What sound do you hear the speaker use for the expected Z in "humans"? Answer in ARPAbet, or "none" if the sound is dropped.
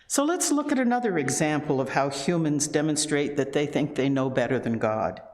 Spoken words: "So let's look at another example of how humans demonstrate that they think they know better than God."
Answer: Z